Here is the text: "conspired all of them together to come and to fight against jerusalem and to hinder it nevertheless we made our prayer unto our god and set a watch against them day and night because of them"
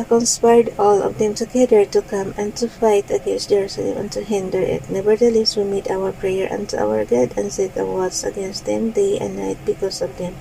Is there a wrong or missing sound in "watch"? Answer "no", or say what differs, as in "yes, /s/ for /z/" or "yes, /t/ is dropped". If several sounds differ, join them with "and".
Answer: yes, /s/ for /tʃ/